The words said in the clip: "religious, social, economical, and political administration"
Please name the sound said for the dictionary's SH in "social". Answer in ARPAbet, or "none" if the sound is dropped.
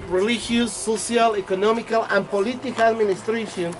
S